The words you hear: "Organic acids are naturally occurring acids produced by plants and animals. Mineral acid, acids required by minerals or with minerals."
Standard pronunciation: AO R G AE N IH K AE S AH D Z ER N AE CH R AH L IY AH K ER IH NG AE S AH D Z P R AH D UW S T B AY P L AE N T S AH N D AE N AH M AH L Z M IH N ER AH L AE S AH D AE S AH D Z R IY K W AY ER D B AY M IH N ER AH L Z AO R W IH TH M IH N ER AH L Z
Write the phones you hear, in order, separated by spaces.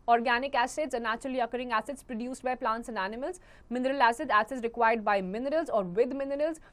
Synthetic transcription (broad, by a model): AO R G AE N IH K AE S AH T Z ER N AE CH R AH L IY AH K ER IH NG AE S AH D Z P R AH D UW S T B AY P L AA N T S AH N AE N AH M AH L Z M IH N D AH L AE S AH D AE S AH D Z R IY K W AY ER D B AY M IH N ER AH L Z AO R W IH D M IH N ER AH L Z